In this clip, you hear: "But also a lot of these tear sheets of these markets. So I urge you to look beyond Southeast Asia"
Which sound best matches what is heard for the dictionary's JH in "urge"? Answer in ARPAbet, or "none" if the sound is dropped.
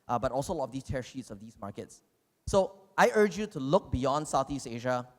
JH